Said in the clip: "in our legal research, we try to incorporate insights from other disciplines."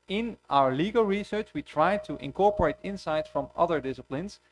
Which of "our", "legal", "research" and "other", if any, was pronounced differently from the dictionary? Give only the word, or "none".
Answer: none